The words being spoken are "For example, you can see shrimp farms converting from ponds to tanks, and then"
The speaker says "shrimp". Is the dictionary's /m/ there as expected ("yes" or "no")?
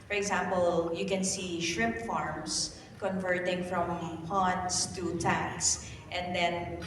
no